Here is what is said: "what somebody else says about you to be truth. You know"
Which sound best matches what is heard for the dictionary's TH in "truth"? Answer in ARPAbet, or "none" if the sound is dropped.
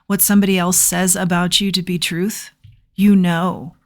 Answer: TH